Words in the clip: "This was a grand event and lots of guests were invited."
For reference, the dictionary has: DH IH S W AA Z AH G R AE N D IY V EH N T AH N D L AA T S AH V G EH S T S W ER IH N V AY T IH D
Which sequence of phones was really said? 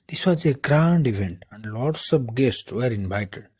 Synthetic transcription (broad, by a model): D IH S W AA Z AH G R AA N D IY V EH N T AH N D L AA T S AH P G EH S T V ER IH N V AY T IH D